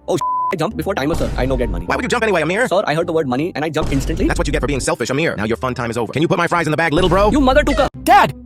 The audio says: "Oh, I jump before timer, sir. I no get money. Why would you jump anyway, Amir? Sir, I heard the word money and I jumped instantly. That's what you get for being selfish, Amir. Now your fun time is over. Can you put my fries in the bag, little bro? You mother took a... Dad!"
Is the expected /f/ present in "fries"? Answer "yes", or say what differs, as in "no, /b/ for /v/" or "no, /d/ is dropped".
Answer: yes